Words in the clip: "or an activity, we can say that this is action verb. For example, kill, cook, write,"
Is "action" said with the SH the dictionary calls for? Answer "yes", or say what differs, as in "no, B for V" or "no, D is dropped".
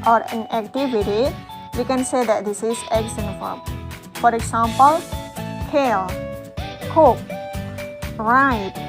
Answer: no, S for SH